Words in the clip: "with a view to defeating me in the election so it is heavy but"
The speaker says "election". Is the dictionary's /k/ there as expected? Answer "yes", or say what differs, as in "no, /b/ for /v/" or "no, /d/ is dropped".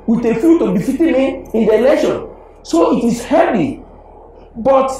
no, /k/ is dropped